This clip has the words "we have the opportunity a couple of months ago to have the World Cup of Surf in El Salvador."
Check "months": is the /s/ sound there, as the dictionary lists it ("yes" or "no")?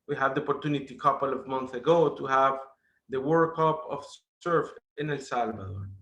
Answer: no